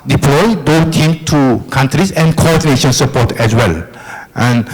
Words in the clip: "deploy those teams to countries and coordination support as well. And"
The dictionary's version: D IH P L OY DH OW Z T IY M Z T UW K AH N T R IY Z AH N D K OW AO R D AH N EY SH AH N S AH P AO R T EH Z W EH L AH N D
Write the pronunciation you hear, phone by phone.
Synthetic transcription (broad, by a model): D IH P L OY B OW T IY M T UW K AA N T R IY S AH N K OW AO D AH N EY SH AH N S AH P AO T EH S W EH L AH N